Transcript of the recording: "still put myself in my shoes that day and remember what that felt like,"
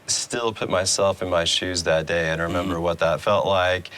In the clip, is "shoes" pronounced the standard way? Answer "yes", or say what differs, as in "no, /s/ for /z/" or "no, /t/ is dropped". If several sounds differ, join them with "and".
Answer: yes